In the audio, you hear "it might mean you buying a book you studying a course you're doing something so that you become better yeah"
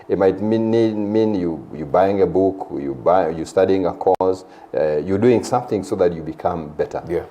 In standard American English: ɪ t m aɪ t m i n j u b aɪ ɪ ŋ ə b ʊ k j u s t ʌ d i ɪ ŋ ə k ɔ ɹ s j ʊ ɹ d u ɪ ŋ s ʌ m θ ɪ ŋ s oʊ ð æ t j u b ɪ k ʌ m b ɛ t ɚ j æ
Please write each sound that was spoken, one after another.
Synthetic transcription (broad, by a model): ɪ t m aɪ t m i n j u b aɪ ɪ ŋ ə b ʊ k j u s t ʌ d i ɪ ŋ ə k ɔ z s j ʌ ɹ d u ɪ ŋ s ʌ m θ ɪ ŋ s oʊ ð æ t j u b ɪ k ʌ m b ɛ t ɚ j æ